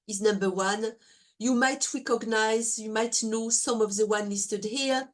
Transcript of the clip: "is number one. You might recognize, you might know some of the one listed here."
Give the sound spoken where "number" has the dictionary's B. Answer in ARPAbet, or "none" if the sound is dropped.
B